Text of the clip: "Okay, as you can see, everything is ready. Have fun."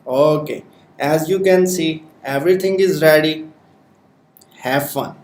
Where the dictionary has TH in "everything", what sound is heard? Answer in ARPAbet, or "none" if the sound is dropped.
T